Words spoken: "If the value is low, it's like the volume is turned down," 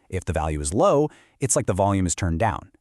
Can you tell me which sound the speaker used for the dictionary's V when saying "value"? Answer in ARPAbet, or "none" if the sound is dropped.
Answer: V